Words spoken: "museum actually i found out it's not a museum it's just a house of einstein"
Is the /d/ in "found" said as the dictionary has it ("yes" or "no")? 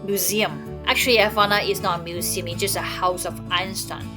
no